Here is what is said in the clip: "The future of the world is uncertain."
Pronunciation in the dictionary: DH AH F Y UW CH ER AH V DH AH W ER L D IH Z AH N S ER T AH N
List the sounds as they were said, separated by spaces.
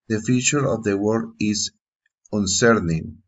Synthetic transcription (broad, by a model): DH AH F Y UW CH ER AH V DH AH W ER D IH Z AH N S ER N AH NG